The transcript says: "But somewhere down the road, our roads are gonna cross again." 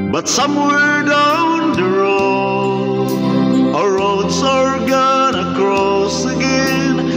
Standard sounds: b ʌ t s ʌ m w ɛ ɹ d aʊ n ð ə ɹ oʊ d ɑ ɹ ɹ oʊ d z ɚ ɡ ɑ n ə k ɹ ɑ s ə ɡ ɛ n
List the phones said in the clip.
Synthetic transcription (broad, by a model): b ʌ t s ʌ m w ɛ d aʊ n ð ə ɹ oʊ ɑ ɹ ɹ oʊ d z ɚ ɡ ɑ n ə k ɹ ɑ s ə ɡ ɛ n